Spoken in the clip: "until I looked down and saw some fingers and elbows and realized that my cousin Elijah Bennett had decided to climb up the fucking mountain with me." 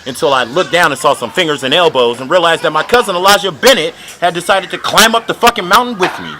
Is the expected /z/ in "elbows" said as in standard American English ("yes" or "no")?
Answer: yes